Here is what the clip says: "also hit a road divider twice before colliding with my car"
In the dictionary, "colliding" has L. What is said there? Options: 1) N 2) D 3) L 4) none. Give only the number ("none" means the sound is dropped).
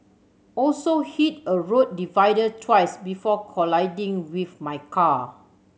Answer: 3